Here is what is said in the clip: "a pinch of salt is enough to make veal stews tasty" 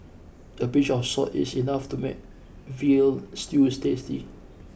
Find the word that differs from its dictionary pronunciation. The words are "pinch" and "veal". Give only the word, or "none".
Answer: pinch